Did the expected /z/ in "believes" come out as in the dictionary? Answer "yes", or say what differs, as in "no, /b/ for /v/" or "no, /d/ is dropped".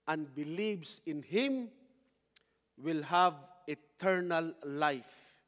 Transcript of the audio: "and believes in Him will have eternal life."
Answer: no, /s/ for /z/